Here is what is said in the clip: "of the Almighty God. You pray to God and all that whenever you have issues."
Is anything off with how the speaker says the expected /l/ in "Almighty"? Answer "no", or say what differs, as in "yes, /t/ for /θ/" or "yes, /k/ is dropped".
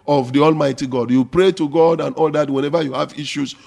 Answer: no